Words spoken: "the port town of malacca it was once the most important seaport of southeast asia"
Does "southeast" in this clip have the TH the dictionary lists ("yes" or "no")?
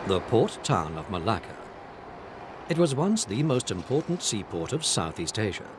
yes